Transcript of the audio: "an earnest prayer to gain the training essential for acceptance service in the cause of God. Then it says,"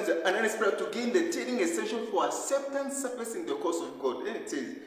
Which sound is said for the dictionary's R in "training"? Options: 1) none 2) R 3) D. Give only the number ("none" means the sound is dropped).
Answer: 1